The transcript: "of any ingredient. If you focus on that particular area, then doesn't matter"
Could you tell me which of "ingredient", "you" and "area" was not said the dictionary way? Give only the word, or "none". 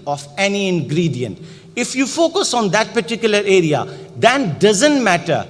none